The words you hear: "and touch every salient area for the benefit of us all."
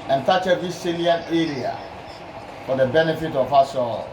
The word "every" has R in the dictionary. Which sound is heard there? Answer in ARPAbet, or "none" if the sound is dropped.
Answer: none